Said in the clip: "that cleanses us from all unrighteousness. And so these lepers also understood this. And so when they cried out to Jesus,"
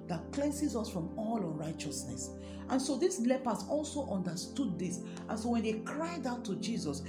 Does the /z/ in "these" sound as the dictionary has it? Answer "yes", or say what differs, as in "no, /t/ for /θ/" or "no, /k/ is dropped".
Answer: no, /s/ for /z/